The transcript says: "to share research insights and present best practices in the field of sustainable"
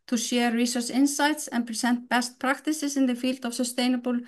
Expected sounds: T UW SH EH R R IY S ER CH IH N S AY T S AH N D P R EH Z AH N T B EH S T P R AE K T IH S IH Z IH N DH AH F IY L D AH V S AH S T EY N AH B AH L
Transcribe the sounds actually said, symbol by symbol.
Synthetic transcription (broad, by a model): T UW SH EH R R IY S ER S IH N S AY T S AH N P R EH S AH N T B EH S T P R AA K T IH S IH S IH N DH AH F IY L D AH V S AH S T EY N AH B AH L